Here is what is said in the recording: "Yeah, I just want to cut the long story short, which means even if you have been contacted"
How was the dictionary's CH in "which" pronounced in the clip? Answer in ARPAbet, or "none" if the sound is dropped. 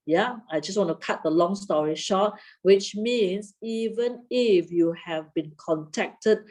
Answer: CH